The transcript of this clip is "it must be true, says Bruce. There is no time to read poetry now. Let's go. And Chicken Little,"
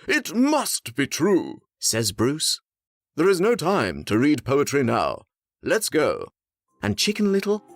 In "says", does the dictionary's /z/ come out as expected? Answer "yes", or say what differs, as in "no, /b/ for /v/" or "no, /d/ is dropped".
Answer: yes